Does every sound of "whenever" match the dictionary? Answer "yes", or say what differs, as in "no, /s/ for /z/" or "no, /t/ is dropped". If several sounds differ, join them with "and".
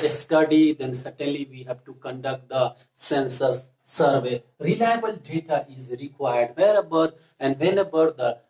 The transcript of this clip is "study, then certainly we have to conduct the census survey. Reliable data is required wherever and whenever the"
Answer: no, /b/ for /v/